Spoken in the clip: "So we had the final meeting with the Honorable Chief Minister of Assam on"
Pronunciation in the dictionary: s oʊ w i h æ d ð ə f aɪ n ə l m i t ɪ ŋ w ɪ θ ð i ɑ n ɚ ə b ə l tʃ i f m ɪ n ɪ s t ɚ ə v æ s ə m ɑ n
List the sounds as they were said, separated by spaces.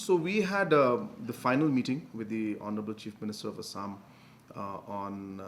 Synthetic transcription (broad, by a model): s oʊ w i h æ d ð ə f aɪ n ə l m i t ɪ ŋ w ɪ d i ɑ n ɚ ə b ə l tʃ i f m ɪ n ɪ s t ɚ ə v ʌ s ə m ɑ n